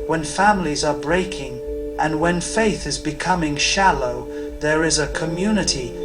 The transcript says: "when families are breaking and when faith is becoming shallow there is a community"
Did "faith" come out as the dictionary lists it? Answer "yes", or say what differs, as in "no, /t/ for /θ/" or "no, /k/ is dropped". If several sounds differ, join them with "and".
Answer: yes